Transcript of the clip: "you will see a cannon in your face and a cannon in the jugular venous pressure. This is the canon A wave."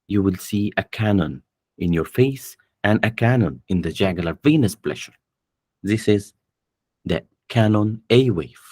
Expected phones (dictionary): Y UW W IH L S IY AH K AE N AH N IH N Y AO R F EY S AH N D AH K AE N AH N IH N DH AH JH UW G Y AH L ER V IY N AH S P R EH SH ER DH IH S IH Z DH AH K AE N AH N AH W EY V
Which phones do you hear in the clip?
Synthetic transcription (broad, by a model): Y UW W IH L S IY AH K AE N AH N IH N Y AO R F EY S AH N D AH K AE N AH N IH N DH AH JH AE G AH L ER V IY N AH S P L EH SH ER DH IH S IH Z DH AH K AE N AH N AH W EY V